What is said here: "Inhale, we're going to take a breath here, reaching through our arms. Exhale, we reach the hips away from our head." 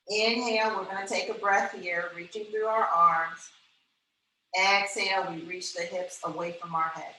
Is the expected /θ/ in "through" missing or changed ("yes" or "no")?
no